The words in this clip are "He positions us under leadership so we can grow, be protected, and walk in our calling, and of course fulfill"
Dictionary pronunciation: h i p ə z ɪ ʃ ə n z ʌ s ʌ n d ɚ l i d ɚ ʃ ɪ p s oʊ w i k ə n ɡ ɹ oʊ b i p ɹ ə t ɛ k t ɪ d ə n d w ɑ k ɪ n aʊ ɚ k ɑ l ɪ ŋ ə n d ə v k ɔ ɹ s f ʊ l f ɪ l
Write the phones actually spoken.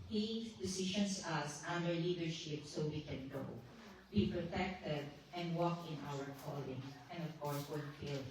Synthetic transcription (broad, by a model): h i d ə s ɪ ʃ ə n s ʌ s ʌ n d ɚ l i d ɚ ʃ ɪ p s oʊ w i k ə n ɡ oʊ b i p ɹ ə t ɛ k t ɪ d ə n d w ɑ k ɪ n aʊ ɚ k ɑ l ɪ ŋ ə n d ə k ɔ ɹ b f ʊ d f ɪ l